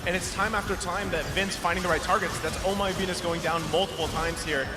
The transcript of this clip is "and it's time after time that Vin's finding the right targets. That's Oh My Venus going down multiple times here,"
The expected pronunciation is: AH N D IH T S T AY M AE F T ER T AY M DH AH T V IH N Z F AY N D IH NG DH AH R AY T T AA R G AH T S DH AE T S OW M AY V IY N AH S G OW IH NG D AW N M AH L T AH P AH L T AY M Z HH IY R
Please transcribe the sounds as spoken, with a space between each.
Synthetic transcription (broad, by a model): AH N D IH T S T AY M AE F T ER T AY M DH AH T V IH N S F AY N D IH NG DH AH R AY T T AA R G AH T S DH AE T S OW M AY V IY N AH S G OW IH NG D AW N M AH L T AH P L T AY M Z HH IY R